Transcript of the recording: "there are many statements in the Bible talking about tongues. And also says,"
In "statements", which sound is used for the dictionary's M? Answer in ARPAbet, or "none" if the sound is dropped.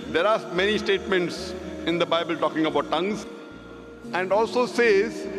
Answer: M